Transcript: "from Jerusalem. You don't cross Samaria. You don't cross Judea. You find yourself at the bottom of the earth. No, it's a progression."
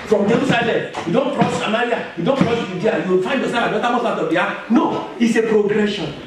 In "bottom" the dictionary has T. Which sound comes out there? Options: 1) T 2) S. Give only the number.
2